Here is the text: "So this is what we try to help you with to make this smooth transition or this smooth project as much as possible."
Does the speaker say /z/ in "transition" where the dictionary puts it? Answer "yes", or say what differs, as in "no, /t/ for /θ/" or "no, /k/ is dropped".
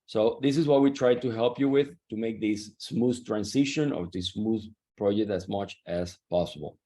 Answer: no, /s/ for /z/